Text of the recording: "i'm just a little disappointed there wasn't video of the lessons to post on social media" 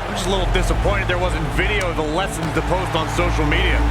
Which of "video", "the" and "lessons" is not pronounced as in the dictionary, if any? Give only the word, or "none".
none